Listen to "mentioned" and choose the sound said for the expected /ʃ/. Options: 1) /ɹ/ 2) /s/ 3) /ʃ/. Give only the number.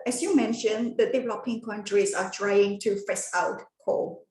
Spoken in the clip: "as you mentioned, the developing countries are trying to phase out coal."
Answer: 3